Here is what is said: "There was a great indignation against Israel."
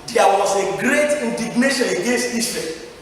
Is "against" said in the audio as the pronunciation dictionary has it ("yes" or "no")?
yes